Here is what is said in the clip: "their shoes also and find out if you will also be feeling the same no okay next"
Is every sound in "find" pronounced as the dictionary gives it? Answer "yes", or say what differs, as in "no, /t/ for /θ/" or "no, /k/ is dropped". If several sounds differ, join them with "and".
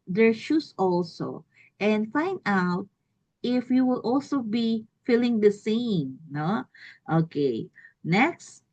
yes